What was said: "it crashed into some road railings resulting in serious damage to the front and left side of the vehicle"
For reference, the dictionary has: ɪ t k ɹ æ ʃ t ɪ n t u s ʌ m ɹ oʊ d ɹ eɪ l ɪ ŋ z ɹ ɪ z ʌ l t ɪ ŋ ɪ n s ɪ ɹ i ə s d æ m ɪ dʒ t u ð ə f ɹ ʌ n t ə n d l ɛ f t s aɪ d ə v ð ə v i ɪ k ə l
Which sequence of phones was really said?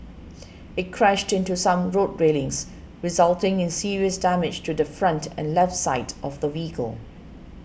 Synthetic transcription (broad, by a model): ɪ t k ɹ æ ʃ t ɪ n t u s ʌ m ɹ oʊ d ɹ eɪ l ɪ ŋ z ɹ ɪ z ʌ l t ɪ ŋ ɪ n s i ɹ i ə s d æ m ɪ dʒ t u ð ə f ɹ ʌ n t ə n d l ɛ f t s aɪ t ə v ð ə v i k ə l